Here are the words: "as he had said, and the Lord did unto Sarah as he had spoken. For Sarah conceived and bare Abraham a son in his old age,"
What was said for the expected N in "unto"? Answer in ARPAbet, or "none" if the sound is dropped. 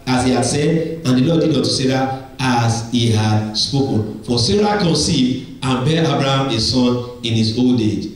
none